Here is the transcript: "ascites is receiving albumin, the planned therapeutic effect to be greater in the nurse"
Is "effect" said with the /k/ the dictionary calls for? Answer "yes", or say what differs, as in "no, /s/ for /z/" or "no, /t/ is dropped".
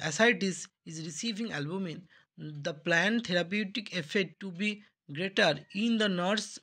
no, /k/ is dropped